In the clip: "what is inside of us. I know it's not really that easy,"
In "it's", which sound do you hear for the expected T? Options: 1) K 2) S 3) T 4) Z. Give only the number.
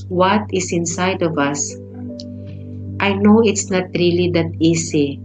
3